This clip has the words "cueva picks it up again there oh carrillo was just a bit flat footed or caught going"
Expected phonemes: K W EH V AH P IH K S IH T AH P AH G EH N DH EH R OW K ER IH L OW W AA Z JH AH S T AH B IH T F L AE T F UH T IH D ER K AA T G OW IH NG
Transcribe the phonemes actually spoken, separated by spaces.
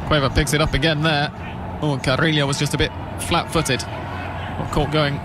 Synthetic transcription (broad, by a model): K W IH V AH P IH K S IH T AH P AH G EH N DH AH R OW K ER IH L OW W AA Z JH AH S T AH B IH T F L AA T F UH T IH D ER K AA T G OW IH NG